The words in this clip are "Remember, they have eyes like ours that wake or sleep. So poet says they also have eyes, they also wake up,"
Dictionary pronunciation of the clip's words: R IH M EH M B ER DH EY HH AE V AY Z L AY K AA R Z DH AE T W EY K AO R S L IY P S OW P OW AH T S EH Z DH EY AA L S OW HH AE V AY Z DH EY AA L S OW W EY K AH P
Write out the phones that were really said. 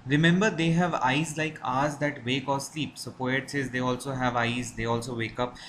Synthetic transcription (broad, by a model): R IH M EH M B ER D EY HH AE V AY Z L AY K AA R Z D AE T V EY K AO R S L IY P S OW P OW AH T S EH Z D EY AA L S OW HH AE V AY Z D EY AA L S OW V EY K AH P